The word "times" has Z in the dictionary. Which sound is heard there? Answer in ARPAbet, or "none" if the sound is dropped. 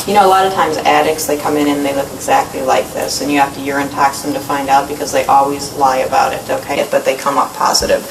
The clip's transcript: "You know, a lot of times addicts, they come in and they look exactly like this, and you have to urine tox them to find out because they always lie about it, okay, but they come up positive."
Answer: Z